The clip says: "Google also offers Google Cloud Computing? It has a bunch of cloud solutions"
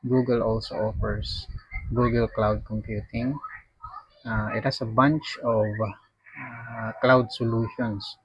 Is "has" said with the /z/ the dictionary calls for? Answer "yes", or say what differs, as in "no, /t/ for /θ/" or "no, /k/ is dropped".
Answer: no, /s/ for /z/